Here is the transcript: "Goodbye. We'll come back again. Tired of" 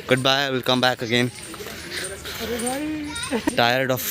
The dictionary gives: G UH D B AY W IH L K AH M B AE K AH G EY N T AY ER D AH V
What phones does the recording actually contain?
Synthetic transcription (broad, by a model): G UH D B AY W IH L K AH M B AE K AH G EY N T AY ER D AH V